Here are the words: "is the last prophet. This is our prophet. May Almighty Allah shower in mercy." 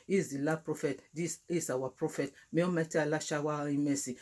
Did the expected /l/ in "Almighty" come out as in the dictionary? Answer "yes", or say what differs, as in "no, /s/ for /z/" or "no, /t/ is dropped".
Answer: no, /l/ is dropped